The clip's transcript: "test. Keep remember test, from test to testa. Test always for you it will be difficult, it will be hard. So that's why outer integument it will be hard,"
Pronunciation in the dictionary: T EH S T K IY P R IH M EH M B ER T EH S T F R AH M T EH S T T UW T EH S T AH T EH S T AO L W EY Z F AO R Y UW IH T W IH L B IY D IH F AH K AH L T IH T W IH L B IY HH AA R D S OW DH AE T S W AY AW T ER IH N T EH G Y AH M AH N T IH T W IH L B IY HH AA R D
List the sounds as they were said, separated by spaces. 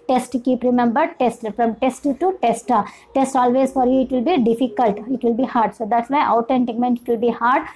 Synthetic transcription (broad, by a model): T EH S T K IY P R IH M EH M B ER T EH S T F R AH M T EH S T T UW T EH S T AH T EH S T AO L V EY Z F AO R Y UW IH T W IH L B IY D IH F AH K AH L T IH T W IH L B IY HH AA R D S OW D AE T S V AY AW T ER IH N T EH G M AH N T IH T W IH L B IY HH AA R D